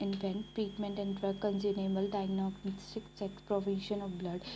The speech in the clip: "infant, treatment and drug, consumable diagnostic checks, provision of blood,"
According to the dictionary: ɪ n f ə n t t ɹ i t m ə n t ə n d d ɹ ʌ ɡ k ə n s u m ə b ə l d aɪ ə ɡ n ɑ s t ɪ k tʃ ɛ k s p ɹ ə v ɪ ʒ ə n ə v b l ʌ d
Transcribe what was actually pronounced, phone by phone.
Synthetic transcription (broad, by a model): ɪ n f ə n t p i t m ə n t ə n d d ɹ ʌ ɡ k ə n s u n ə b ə l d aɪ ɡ n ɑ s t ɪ k s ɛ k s p ɹ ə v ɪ ʃ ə n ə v b l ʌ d